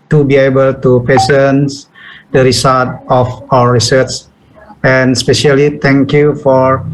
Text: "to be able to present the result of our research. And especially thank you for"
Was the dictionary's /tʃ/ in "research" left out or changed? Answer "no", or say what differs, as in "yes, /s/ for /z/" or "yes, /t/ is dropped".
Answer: yes, /s/ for /tʃ/